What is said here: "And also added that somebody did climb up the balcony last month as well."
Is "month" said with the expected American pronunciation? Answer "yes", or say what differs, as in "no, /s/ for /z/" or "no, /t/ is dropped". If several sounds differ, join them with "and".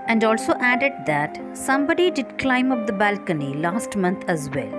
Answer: no, /t/ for /θ/